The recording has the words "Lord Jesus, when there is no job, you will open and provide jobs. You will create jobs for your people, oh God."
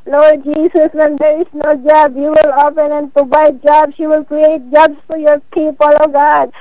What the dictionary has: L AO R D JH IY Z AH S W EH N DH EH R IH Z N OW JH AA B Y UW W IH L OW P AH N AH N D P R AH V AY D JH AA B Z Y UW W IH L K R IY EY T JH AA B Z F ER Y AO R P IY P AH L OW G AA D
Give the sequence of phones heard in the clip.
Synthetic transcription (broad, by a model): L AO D JH IY S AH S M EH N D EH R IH S N OW JH AA B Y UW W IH L OW P AH N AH N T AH B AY JH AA B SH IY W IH L K R IY EY T JH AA B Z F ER Y AO R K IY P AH L OW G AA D